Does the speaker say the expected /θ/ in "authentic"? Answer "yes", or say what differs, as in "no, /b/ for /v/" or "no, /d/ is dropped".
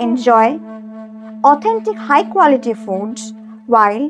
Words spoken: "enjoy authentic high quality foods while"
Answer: no, /t/ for /θ/